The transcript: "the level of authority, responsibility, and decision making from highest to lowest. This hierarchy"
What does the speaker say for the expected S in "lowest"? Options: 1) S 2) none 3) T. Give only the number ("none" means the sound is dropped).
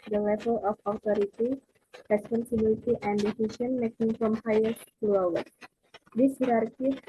2